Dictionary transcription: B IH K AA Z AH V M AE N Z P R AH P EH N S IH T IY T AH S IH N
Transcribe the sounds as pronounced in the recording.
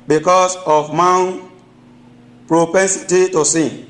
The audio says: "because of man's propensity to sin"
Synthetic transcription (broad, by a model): B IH K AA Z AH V M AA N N P R AH P EH N S IH T IY T AH S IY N